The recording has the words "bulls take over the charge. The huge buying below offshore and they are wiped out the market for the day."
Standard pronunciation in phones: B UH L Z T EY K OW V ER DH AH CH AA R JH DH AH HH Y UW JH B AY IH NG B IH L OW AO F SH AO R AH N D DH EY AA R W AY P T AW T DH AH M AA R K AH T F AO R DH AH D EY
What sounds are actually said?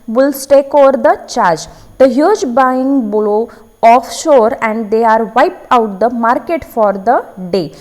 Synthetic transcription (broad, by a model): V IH L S T EY K OW V ER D AH CH AA R JH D AH HH Y UW JH B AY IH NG B IH L OW AO F SH AO R AH N D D EY AA R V AY P AW T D AH M AA R K AH T F AO R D AH D EY